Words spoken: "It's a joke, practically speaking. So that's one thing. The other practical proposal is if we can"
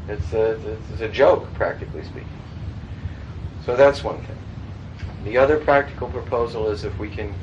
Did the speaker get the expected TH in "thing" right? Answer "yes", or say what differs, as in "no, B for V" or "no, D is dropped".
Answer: yes